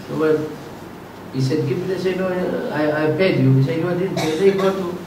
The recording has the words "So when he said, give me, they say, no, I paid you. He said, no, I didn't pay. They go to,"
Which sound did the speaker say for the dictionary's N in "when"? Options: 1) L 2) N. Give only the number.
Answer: 1